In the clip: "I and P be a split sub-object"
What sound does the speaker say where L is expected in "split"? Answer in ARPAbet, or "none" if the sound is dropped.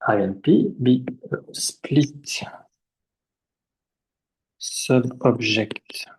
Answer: L